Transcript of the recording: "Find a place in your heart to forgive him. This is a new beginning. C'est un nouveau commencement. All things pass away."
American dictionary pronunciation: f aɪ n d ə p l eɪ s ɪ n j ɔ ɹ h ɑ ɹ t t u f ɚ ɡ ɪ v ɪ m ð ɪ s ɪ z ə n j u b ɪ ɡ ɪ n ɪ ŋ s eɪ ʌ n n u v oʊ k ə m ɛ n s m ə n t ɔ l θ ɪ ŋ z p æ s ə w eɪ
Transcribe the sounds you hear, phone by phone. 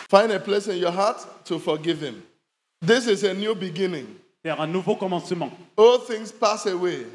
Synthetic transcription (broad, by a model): f aɪ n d ə p l eɪ s ɪ n j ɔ h ɑ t t u f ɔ ɡ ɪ v ɪ m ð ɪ s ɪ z ə n j u b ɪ ɡ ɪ n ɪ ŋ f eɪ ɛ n n u v oʊ k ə m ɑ s m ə ɔ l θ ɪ ŋ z p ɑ s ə w eɪ